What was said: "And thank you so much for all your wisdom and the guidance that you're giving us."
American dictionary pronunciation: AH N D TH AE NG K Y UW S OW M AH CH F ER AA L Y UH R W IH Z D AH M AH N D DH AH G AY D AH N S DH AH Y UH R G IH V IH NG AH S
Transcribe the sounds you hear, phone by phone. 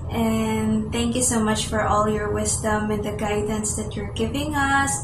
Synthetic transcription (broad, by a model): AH N TH AE NG K Y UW S OW M AH CH F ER AA L Y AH R W IH Z D AH M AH N DH AH G AY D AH N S DH AH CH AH R G IH V IH NG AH S